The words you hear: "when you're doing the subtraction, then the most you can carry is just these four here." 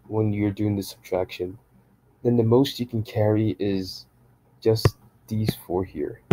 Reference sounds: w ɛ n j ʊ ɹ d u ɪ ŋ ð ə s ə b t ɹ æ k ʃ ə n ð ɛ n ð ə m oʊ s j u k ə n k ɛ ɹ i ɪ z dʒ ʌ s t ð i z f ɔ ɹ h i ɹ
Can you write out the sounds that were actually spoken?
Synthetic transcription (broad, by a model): w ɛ n j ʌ ɹ d u ɪ ŋ ð ə s ə b t ɹ æ k ʃ ə n ð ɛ n ð ə m oʊ s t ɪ k n k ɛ ɹ i ɪ z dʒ ʌ s ð i z f ɔ ɹ h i ɹ